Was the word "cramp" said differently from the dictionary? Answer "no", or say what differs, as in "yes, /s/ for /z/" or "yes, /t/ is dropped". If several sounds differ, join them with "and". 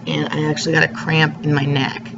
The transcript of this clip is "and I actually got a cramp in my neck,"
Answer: no